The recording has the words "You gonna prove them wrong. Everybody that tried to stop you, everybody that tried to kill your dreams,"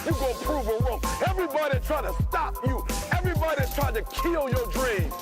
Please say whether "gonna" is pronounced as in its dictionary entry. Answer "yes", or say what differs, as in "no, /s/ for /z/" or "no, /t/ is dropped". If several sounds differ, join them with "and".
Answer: no, /n/ is dropped